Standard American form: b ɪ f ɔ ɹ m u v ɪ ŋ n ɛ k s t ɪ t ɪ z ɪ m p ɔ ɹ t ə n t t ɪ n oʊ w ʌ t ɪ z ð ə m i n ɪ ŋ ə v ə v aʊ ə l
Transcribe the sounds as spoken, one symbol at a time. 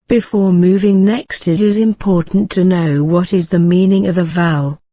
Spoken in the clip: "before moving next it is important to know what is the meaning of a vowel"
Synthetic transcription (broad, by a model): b ɪ f ɔ ɹ m u v ɪ ŋ n ɛ k s t ɪ t ɪ z ɪ m p ɔ ɹ t n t t ɪ n oʊ w ʌ t ɪ z ð ə m i n ɪ ŋ ə v ə v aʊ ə l